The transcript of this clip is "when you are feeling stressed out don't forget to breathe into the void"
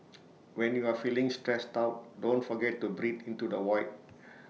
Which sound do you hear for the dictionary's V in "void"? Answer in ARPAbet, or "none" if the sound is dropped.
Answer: W